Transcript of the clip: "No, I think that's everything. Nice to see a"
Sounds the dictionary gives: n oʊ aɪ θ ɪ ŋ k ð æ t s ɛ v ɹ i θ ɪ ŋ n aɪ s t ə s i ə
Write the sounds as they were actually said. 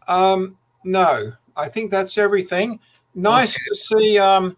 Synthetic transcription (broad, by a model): n oʊ aɪ θ ɪ ŋ k ð æ t s ɛ v ɹ i θ ɪ ŋ n aɪ s t ə s i ə